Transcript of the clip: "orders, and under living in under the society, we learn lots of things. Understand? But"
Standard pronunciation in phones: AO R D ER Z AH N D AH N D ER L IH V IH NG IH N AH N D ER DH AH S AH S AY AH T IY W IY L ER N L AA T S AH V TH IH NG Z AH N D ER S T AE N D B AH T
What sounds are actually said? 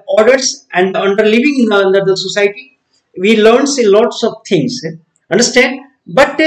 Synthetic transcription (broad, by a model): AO R D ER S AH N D AH N D ER L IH V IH NG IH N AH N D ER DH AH S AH S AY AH T IY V IY L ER N L AA T S AH V T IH NG S AH N D ER S T AE N D B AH T